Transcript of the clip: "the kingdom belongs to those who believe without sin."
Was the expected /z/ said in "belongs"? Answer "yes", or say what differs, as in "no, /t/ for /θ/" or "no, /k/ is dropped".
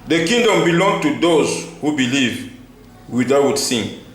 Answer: no, /z/ is dropped